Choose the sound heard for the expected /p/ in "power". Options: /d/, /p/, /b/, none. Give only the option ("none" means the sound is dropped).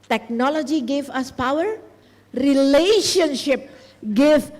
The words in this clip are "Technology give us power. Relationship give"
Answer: /p/